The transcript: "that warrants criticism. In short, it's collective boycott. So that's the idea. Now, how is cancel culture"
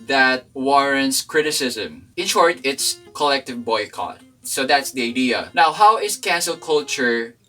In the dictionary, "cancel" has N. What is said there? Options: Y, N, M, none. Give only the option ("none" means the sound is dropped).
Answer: N